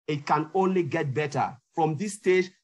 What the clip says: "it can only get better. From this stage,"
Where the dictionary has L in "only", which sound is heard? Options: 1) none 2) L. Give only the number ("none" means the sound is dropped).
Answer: 2